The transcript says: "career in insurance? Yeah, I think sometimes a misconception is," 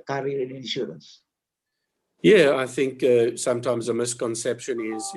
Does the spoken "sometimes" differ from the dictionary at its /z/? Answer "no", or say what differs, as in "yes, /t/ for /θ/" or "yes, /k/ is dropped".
no